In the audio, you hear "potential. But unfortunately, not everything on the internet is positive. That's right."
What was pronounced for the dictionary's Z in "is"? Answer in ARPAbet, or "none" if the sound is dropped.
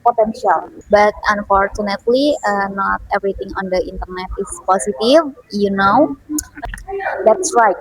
S